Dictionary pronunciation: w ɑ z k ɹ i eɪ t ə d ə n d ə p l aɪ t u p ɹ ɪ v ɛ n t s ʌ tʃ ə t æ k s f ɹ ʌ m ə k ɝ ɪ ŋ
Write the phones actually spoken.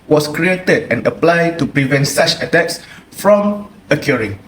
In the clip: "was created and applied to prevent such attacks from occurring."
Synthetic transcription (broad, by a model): w ɑ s k ɹ i eɪ t ə d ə n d ə p l aɪ t u p ɹ ɪ v ɛ n t s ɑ tʃ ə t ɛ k s f ɹ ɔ m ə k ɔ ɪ ŋ